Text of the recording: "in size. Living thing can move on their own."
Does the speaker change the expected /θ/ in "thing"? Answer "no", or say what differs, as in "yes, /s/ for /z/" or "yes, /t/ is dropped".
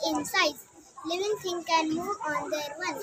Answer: yes, /t/ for /θ/